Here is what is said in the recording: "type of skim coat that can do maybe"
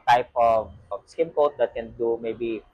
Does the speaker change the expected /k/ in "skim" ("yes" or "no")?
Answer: yes